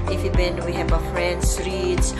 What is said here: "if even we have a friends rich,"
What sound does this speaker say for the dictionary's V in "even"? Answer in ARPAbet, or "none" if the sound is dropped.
B